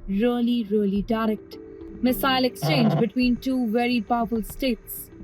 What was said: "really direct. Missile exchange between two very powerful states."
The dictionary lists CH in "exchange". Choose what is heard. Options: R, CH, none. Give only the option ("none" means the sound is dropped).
CH